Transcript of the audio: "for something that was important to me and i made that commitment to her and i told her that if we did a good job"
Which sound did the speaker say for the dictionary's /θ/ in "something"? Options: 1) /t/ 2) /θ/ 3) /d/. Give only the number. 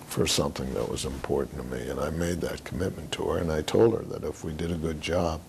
2